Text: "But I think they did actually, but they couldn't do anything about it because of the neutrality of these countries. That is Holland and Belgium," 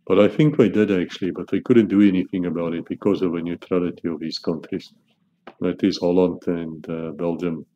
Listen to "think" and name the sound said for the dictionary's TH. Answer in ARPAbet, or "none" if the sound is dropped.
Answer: TH